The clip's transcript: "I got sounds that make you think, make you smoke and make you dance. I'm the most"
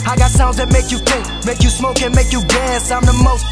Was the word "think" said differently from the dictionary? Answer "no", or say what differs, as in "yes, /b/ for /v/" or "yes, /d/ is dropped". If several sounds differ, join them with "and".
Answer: yes, /ŋ/ is dropped